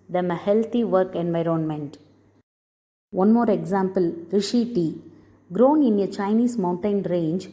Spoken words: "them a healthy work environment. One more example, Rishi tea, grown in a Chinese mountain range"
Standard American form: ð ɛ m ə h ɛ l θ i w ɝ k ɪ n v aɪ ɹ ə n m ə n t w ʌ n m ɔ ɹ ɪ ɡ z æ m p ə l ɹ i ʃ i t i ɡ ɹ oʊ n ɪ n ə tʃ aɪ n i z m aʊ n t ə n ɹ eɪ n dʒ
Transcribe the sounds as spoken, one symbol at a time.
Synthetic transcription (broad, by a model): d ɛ m ə h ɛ l t i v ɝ k ɪ n v aɪ ɹ ə n m ə n t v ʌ n m ɔ ɹ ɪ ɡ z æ m p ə l ɹ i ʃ i t i ɡ ɹ oʊ n ɪ n ə tʃ aɪ n i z m aʊ n t ə n ɹ eɪ n dʒ